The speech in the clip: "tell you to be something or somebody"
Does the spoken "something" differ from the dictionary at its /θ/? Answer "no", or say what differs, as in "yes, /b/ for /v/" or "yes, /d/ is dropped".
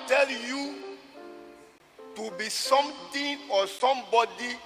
yes, /t/ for /θ/